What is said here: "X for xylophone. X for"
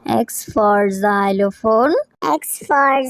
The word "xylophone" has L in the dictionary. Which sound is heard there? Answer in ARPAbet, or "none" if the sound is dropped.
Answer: L